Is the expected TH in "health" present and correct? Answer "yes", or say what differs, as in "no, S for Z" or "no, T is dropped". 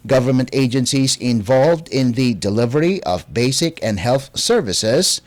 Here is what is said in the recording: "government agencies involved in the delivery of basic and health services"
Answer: yes